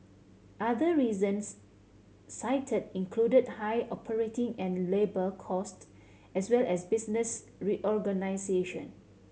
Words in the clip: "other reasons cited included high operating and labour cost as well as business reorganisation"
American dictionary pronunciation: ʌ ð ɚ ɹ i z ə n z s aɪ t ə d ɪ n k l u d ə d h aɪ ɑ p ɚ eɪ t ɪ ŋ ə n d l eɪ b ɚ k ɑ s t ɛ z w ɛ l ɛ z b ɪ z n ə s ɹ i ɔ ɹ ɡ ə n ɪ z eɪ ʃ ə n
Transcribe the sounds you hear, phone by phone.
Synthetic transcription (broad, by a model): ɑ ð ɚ ɹ i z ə n s aɪ t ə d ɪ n k l u d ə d h aɪ ɑ p ɚ eɪ t ɪ ŋ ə n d l eɪ b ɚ k ɑ s t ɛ s w ɛ l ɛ s b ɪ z n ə s ɹ i ɔ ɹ ɡ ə n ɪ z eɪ ʃ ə n